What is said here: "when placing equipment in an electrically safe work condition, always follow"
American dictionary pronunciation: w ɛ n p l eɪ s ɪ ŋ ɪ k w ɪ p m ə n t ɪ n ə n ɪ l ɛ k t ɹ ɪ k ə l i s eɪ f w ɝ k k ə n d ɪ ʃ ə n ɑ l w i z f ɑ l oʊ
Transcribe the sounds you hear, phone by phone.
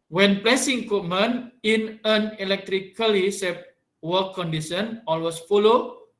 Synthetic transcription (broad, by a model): w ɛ n p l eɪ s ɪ ŋ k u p m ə n ɪ n ə n ɪ l ɛ k t ɹ ɪ k ə l i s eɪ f w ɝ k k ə n d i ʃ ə n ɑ l w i s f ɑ l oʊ